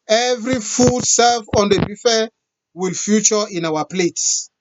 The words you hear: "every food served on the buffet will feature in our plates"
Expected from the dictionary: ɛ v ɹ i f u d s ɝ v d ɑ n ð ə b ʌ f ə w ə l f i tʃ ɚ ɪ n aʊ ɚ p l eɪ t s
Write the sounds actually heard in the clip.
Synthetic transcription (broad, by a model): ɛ v ɹ i f u d s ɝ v ɑ n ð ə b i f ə w ə l f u tʃ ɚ ɪ n aʊ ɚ p l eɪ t s